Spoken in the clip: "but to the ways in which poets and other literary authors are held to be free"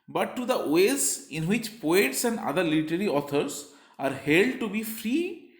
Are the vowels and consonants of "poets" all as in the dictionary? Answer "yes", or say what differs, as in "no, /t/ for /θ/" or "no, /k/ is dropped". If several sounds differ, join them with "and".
yes